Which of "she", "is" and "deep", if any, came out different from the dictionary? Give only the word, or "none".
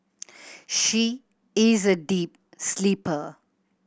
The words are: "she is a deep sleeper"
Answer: none